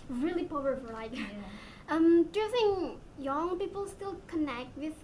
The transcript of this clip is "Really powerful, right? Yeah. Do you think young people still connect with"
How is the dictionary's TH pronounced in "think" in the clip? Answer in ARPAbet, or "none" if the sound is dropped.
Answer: S